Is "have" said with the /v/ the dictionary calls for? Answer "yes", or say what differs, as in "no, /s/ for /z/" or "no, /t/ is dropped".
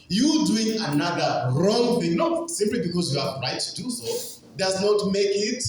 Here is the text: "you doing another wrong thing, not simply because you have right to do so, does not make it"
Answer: no, /p/ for /v/